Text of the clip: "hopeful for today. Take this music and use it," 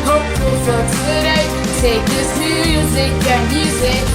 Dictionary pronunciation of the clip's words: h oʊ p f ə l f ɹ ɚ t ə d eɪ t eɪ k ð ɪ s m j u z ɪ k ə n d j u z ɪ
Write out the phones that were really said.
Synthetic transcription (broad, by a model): h oʊ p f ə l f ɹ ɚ s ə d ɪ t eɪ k ð ɪ s m j u z ɪ k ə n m j u z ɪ